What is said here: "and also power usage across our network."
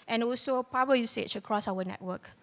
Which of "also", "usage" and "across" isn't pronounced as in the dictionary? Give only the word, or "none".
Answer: usage